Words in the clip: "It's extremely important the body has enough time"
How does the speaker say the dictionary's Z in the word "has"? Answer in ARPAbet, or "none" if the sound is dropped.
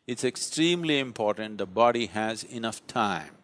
Z